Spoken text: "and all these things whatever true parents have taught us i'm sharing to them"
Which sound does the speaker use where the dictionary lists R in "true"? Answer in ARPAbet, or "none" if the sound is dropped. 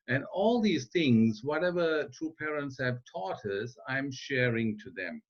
none